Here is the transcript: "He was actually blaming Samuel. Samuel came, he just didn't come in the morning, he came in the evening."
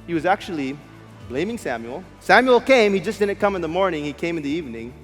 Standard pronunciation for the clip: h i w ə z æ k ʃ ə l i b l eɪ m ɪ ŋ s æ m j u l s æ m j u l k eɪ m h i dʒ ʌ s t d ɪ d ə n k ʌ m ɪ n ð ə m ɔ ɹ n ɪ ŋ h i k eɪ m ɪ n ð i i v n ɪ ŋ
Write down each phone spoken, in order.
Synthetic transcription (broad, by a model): h i w ə z æ k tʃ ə l i b l eɪ m ɪ ŋ s æ m j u l s æ m j u l k eɪ m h i dʒ ʌ s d ɪ d n k ʌ m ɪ n ð ə m ɔ ɹ n ɪ ŋ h i k eɪ m ɪ n ð i i v n ɪ ŋ